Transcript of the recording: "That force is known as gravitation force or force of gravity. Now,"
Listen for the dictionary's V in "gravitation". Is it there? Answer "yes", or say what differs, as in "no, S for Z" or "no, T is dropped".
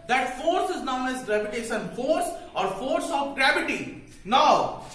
no, P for V